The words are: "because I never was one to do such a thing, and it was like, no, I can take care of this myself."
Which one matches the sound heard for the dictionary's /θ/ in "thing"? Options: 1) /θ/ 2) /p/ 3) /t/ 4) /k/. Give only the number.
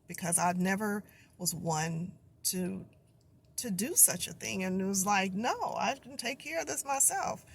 1